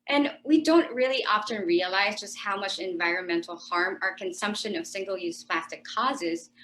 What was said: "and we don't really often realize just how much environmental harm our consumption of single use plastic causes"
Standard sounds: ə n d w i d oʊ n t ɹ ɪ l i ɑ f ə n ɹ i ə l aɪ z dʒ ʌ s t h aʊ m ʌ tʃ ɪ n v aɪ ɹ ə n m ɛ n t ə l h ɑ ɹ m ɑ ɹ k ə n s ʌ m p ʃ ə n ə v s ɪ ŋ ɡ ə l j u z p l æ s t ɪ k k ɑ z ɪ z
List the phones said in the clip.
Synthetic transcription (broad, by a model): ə n w i d oʊ n t ɹ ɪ l i ɑ f ə n ɹ i ə l aɪ z dʒ ʌ s t h aʊ m ʌ tʃ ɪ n v aɪ ɹ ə n m ɛ n t l h ɑ ɹ m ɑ ɹ k ə n s ʌ m p ʃ ə n ə v s ɪ ŋ ɡ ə l j u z p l æ s t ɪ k k ɑ z ɪ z